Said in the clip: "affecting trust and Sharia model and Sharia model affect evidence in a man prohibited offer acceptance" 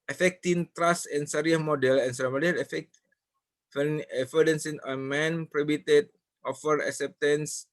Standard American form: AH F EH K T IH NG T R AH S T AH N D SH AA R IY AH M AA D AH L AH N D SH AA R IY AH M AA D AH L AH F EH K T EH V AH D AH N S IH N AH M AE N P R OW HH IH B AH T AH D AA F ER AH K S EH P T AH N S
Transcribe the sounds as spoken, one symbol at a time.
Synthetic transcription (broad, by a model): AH F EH K T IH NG T R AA S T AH N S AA R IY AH M AA D AH L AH N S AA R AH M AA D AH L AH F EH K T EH F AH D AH N S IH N AH M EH N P R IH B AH T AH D AA F ER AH K S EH P T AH N S